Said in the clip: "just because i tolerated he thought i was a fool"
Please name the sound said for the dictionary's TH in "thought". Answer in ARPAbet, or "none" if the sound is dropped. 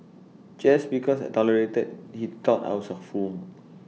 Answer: T